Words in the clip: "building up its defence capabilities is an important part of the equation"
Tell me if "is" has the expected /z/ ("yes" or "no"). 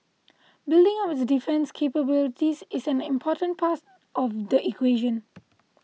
no